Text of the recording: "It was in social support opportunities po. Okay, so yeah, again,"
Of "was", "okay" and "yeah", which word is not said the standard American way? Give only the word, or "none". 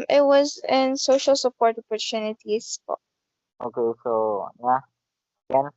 none